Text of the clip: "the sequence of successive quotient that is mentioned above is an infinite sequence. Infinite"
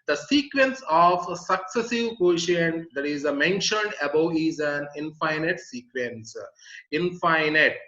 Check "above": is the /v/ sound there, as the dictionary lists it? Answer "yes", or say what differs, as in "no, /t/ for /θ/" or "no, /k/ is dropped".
no, /v/ is dropped